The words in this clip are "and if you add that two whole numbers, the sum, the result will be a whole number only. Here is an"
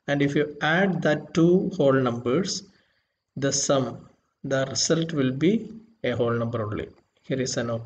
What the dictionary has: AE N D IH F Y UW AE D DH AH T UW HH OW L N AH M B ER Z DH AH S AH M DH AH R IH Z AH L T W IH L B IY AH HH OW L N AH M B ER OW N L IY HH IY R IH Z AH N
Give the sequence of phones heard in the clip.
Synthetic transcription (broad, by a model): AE N D IH F Y UW AE D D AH T UW HH OW L N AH M B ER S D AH S AH M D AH R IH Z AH L T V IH L B IY AH HH OW L N AH M B ER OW L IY HH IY R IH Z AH N